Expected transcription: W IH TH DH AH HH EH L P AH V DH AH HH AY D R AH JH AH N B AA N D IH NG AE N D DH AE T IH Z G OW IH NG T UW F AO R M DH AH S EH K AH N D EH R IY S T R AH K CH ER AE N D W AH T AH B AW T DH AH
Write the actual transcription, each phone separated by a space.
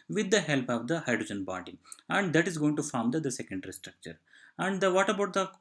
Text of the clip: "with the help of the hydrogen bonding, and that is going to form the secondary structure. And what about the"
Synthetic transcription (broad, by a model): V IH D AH HH EH L P AH V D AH HH AY D R AH JH AH N B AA D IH AE N D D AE T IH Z G OW IH NG T UW F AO R M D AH S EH K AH N D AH R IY S T R AH K CH ER AE N D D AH T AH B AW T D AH